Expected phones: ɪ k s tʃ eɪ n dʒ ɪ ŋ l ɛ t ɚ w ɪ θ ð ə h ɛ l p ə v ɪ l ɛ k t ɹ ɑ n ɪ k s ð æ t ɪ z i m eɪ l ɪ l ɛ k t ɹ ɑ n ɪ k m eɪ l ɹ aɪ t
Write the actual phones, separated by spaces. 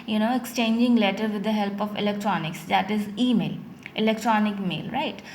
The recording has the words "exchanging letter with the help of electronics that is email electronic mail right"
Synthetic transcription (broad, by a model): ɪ k s tʃ eɪ n dʒ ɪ ŋ l ɛ t ɚ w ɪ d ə h ɛ l p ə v ɪ l ɛ k t ɹ ɑ n ɪ k s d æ t ɪ z i m eɪ l ɪ l ɛ k t ɹ ɑ n ɪ k m eɪ l ɹ aɪ t